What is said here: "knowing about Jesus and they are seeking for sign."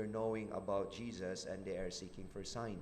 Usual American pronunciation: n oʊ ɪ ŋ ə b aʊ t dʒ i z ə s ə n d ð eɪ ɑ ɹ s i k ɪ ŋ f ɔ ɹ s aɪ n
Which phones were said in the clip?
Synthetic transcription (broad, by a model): n oʊ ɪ ŋ ə b aʊ t dʒ i z ə s ə n d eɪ ɑ ɹ s i k ɪ ŋ f ɔ ɹ s aɪ n